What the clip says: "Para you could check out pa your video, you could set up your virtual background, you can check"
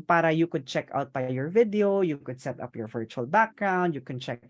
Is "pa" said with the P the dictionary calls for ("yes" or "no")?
no